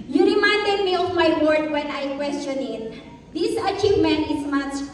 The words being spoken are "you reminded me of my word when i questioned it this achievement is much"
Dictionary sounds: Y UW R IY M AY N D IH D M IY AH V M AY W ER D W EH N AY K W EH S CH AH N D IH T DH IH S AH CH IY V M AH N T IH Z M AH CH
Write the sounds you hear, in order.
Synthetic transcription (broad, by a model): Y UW R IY M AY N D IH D M IY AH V M AY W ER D W EH N AY K W EH S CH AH N IH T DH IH S AH CH IY V M AH N T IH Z M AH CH